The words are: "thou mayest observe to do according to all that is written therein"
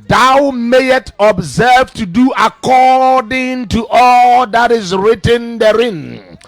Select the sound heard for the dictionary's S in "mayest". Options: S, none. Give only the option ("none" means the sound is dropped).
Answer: none